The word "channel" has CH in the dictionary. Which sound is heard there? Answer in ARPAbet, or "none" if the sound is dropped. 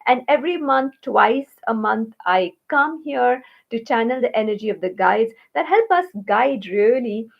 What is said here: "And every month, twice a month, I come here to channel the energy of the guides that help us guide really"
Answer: CH